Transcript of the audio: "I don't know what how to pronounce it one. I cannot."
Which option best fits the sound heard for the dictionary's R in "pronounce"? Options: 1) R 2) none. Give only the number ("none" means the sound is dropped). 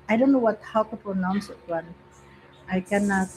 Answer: 2